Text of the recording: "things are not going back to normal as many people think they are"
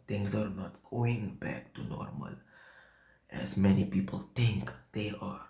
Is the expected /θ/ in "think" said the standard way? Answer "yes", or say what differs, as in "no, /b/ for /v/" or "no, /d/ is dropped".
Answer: no, /t/ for /θ/